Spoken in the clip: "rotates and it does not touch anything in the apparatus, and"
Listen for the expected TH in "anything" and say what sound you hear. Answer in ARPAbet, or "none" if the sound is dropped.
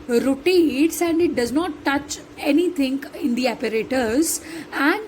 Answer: T